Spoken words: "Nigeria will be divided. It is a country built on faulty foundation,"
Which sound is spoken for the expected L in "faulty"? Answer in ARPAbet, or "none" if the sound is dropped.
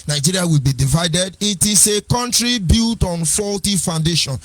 L